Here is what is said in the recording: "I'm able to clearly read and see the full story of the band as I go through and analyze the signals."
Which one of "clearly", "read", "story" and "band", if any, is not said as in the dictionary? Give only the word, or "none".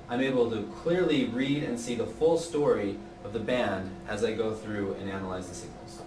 none